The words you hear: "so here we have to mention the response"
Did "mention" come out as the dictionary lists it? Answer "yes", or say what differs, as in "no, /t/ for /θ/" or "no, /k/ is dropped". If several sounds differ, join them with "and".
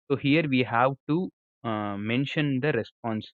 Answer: yes